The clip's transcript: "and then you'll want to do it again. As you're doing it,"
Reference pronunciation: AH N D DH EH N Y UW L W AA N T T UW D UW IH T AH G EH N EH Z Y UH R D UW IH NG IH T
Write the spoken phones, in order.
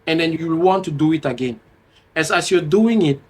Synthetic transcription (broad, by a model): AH N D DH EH N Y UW W W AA N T T UW D UW IH T AH G EH N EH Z Y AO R D UW IH NG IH T